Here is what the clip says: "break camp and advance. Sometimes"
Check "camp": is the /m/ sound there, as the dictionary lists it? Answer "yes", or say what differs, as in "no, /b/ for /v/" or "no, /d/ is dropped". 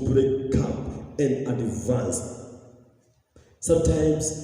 no, /m/ is dropped